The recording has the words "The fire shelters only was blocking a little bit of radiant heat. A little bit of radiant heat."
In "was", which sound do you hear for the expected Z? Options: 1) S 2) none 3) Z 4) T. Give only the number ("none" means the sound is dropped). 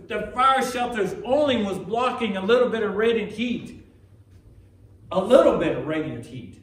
3